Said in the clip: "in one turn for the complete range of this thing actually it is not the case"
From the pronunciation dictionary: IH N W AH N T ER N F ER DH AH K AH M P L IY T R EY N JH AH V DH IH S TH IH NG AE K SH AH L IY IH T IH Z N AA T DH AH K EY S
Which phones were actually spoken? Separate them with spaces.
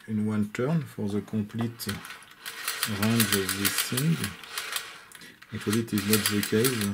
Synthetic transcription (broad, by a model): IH N W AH N T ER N F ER DH AH K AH P L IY T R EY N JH AH V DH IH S T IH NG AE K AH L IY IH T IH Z N AA T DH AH K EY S